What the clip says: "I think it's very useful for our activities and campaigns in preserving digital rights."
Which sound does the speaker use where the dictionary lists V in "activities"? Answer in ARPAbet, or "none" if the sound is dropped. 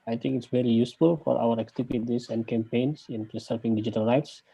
P